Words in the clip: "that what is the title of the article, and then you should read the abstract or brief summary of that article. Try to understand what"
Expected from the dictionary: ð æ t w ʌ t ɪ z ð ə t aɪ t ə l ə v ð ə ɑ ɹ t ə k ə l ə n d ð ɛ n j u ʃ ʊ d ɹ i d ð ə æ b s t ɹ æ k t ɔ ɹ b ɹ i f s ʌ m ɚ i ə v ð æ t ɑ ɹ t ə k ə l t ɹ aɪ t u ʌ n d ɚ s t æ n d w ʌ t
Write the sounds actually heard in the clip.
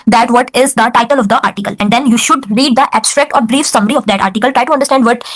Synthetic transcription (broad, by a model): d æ t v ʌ t ɪ z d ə t aɪ t ə l ə v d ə ɑ ɹ t ə k ə l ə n d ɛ n j u ʃ ʊ d ɹ i d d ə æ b s t ɹ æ k t ɔ ɹ b ɹ i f s ʌ m ɚ i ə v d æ t ɑ ɹ t ə k ə l t ɹ aɪ t u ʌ n d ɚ s t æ n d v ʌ t